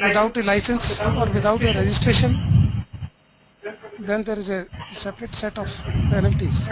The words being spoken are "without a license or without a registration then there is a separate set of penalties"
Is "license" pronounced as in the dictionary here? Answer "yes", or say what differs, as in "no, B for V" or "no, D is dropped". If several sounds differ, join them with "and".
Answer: yes